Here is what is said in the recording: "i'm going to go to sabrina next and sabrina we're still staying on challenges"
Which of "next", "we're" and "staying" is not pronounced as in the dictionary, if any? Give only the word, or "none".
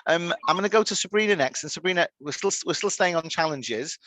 we're